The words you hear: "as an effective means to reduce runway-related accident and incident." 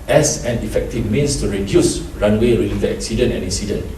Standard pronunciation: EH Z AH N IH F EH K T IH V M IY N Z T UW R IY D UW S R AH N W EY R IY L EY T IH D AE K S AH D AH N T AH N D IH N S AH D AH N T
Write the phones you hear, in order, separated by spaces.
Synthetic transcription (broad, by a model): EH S AH N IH F EH K T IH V M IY N S T UW R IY D UW S R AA N W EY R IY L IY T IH EH K S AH D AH N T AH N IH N S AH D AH N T